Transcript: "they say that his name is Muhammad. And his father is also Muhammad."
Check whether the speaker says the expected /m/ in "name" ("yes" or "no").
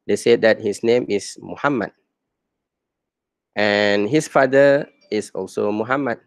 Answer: yes